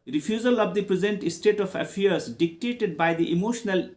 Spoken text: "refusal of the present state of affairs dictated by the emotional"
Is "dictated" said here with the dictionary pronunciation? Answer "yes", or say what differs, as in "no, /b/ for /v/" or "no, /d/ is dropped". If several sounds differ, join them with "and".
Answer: yes